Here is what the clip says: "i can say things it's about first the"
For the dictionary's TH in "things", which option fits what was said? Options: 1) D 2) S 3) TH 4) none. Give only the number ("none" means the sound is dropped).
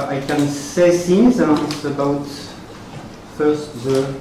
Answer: 2